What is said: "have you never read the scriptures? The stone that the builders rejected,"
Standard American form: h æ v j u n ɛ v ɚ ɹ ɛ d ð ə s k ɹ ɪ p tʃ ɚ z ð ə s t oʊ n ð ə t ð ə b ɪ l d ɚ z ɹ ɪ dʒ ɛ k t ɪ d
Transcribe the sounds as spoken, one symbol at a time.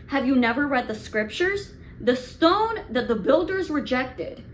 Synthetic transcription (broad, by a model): h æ v j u n ɛ v ɚ ɹ ɛ d ð ə s k ɹ ɪ p tʃ ɚ z ð ə s t oʊ n ð ə t ð ə b ɪ l d ɚ z ɹ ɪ dʒ ɛ k t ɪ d